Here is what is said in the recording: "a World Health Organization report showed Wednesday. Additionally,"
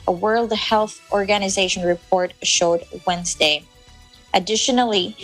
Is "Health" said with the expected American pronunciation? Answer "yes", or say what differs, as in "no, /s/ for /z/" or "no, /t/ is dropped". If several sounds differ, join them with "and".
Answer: yes